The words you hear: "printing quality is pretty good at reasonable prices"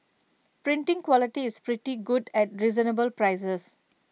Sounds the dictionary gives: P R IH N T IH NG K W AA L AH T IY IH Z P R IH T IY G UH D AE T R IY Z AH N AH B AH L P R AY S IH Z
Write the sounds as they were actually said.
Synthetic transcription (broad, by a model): P R IH N T IH NG K W AA L AH T IY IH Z P R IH T IY G UH D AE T R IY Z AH N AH B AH L P R AY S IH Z